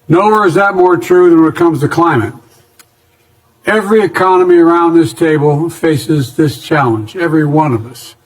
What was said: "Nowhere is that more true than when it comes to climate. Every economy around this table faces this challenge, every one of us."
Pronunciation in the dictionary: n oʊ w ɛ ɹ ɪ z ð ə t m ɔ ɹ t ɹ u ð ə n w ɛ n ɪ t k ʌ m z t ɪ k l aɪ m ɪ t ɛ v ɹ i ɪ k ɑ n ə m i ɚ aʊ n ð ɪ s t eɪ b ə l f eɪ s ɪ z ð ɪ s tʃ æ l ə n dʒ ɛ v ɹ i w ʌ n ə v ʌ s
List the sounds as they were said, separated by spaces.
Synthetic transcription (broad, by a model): n oʊ w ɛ ɹ ɪ z ð ə t m ɔ ɹ t ɹ u ð ə n w ɪ t k ʌ m z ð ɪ k l aɪ m ɪ t ɛ v ɹ i ɪ k ɑ n ə m i ɚ aʊ n ð ɪ s t eɪ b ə l f eɪ s ɪ z ð ɪ s tʃ æ l ə n dʒ ɛ v ɹ i w ʌ n ə v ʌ s